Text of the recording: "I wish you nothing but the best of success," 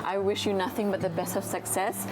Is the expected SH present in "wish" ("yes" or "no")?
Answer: yes